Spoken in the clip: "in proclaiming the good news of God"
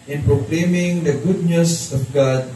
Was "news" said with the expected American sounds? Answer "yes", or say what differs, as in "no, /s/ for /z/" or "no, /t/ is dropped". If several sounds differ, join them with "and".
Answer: no, /s/ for /z/